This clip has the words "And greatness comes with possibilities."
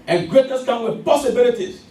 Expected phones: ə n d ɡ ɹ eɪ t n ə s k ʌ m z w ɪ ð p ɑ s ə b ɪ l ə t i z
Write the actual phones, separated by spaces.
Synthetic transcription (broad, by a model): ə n ɡ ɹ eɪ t ə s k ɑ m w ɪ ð p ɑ s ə b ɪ l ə t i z